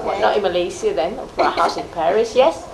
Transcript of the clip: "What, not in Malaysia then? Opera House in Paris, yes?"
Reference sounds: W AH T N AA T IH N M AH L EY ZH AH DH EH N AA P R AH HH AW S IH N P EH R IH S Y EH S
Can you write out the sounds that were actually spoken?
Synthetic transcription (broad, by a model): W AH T N AA T IH N M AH L EY S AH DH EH N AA R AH HH AW S IH N P EH R IH S Y EH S